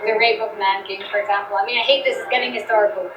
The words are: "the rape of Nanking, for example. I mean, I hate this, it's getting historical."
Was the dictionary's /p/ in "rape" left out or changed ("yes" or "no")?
yes